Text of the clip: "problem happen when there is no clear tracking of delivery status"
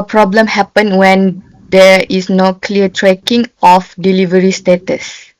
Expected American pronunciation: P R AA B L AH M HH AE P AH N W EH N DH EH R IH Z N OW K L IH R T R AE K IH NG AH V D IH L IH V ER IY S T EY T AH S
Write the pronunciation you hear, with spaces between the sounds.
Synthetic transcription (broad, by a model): P R AA B L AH M HH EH P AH N W EH N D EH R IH S N OW K L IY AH T R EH K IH NG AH F D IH L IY V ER IY S T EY T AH S